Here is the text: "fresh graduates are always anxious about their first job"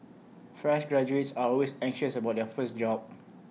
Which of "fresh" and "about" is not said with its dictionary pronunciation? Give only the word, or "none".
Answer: none